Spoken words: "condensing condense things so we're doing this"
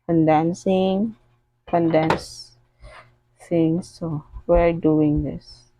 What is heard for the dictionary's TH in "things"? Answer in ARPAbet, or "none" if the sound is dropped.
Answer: T